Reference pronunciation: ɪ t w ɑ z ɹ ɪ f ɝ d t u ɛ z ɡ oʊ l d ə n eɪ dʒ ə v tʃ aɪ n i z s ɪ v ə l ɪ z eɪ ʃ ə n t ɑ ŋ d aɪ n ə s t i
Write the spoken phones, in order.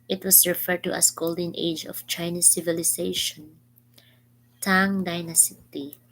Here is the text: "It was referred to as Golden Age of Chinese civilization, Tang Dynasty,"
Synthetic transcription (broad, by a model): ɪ t w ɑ s ɹ ɪ f ɝ d t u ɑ s ɡ oʊ l d ə n eɪ dʒ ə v tʃ aɪ n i s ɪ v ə l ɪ s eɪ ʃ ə n t ɑ ŋ d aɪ n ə s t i